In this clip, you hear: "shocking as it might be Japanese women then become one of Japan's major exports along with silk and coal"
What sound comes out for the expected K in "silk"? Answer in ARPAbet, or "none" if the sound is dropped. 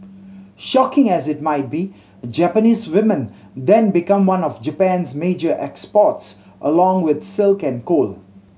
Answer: K